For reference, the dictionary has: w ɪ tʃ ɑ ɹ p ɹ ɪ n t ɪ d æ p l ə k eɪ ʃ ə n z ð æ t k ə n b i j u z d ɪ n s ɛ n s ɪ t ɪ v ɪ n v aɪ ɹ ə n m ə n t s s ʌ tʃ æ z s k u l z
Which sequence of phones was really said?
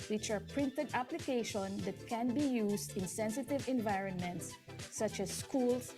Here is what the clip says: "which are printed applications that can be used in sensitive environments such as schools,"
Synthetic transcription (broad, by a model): w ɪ tʃ ɑ ɹ p ɹ ɪ n t ɪ d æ p l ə k eɪ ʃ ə n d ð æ t k ə n b i j u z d ɪ n s ɛ n s ɪ t ɪ v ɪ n v aɪ ɹ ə n m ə n t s s ʌ tʃ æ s k u l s